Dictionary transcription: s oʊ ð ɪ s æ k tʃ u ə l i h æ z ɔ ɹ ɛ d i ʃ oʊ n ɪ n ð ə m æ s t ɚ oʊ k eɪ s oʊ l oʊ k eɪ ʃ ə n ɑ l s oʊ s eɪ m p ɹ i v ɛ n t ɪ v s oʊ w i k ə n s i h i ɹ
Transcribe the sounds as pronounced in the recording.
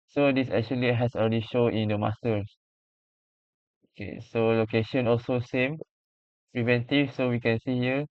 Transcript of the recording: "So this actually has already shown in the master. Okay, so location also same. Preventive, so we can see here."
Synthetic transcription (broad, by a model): s oʊ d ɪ s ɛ k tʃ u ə l i h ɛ s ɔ l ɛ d i ʃ oʊ ɪ n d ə m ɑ s t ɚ oʊ k eɪ s oʊ l oʊ k eɪ ʃ ə n ɑ l s oʊ s eɪ m p ɹ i v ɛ n t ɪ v s oʊ w i k ə n s i h i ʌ